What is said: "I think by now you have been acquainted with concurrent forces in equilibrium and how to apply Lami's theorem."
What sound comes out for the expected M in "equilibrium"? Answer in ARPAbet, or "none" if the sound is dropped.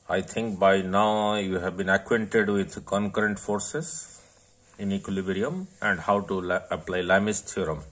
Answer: M